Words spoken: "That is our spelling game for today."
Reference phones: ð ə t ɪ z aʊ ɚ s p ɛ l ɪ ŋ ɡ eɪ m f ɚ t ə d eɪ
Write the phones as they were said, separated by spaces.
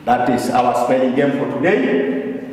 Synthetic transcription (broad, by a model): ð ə t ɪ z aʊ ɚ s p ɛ ɪ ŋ ɡ eɪ m f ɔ t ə d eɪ